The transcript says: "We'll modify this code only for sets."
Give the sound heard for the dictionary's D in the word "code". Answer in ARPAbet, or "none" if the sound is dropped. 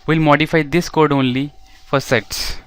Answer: D